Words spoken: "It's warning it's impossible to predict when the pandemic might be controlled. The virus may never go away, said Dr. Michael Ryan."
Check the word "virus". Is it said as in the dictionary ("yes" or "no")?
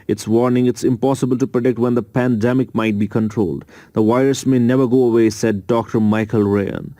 no